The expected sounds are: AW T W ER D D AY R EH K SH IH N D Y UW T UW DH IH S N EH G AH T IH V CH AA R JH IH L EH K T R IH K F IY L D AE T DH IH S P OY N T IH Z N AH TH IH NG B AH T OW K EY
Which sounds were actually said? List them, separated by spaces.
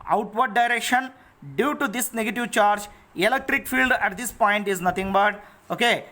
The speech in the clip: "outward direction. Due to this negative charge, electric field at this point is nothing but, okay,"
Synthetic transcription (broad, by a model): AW T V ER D D AY R EH K SH IH N D Y UW T UW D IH S N EH G AH T IH V CH AA R JH IH L EH K T R IH K F IY L D AE T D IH S P OY N T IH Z N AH T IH NG B AH T OW K EY